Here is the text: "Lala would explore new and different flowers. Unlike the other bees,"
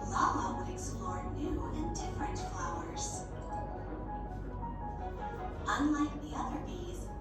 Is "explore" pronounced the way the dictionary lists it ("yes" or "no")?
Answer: no